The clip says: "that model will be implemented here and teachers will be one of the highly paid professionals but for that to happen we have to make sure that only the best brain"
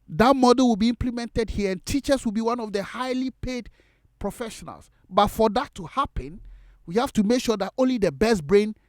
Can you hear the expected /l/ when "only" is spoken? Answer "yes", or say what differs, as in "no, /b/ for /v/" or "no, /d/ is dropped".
yes